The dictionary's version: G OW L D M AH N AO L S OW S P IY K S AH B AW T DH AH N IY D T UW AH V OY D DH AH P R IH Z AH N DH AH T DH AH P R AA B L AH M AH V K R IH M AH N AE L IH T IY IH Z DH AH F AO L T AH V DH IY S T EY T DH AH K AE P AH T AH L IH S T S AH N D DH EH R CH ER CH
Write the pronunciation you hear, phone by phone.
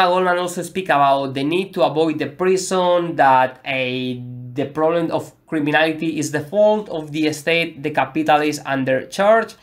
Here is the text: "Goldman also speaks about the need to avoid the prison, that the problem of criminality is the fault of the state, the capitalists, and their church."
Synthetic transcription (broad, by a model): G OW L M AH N AO L S OW S P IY K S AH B AW T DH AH N IY D T UW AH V OY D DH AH P R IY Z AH N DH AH T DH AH P R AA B L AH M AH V K R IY M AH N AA L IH T IY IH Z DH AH F AO L T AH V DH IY S T EY T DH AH K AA P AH T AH L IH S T AH N D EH R CH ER CH